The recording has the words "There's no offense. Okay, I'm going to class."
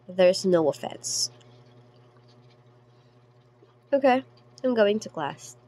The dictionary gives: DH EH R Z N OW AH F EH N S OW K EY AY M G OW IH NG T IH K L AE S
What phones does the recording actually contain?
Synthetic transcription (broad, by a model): DH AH R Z N OW AH F EH N S OW K EY AY M G OW IH NG T IH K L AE S